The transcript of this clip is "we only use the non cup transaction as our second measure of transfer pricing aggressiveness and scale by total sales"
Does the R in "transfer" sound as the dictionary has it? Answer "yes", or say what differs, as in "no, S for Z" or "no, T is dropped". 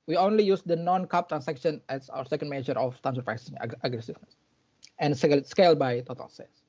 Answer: no, R is dropped